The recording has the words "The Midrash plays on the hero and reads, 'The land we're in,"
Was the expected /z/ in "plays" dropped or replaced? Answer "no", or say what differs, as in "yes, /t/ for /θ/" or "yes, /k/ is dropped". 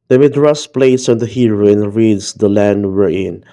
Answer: yes, /s/ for /z/